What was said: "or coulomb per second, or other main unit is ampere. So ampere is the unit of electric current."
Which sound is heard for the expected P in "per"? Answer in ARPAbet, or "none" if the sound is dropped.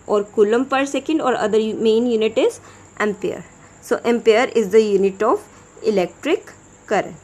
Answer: P